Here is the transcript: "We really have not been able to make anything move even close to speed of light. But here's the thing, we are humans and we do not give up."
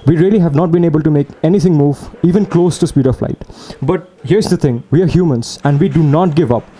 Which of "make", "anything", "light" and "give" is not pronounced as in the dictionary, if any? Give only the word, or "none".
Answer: anything